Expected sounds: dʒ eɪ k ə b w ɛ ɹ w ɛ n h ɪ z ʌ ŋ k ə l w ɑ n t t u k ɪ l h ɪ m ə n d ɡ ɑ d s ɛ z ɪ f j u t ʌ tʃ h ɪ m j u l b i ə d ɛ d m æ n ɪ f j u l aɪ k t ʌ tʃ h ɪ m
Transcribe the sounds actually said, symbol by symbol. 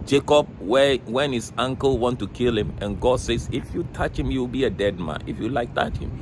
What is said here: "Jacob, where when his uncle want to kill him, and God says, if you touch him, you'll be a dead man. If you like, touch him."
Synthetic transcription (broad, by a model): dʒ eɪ k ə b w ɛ w ɛ n h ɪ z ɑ ŋ k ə l w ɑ n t t u k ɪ l h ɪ m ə n ɡ ɑ d s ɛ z ɪ f j u t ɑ tʃ h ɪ m j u w b i ə d ɛ d m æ n ɪ f j u l aɪ k t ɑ tʃ h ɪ m